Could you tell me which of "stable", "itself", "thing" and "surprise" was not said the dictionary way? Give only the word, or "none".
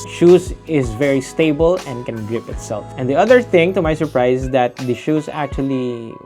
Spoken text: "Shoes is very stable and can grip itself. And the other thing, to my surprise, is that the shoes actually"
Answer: surprise